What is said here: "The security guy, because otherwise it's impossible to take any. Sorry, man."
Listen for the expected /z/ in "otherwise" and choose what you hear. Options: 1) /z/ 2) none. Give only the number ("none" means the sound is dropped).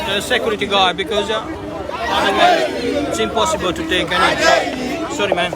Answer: 2